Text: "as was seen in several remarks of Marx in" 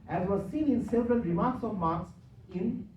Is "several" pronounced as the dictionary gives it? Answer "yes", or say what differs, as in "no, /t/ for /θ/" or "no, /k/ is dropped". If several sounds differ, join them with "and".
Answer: no, /n/ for /l/